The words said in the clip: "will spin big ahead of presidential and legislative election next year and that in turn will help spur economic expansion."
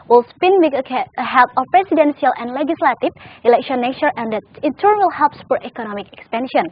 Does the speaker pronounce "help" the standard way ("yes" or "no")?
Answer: yes